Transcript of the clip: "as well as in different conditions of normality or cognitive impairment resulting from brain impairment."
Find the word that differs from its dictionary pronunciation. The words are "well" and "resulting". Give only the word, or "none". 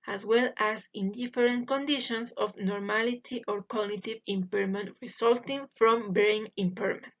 resulting